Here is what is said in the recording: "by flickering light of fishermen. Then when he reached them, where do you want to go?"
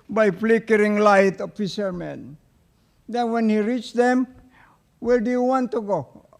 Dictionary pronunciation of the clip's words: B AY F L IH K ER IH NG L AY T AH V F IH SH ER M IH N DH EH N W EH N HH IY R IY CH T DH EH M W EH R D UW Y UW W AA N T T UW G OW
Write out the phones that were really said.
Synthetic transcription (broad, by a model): B AY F L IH K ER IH NG L AY T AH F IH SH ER M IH N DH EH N W EH N HH IY R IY CH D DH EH M W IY L D UW Y UW W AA N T T UW G OW